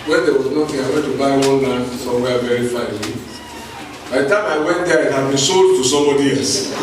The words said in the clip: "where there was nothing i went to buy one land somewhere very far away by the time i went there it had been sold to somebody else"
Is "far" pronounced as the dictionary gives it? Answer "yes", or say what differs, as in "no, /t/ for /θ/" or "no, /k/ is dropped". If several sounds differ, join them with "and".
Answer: no, /l/ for /ɹ/